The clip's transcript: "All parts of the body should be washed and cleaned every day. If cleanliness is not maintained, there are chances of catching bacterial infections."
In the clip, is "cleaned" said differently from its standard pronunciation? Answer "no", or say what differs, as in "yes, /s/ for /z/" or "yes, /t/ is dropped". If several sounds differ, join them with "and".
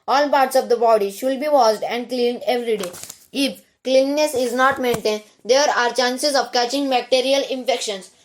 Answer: no